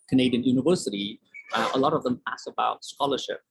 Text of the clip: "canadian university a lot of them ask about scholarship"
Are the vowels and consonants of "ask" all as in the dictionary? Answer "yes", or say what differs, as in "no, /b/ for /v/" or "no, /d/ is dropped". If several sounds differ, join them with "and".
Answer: no, /k/ is dropped